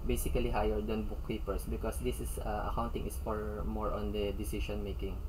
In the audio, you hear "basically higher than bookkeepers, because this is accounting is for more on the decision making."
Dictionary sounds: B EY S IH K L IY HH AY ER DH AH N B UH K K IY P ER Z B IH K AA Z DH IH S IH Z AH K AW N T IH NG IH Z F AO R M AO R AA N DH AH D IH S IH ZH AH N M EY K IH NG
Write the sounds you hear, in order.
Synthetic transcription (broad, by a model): B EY S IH K L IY HH AY ER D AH N B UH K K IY P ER S B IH K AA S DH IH S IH S AH K AW N T IH NG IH S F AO R M AO R AA N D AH D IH S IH SH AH N M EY K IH NG